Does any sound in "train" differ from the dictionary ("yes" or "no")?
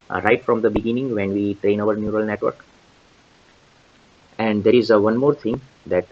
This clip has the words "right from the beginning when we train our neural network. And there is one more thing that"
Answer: no